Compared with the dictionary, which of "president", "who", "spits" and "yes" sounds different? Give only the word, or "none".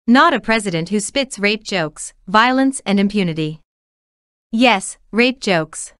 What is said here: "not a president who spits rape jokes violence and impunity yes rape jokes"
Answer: none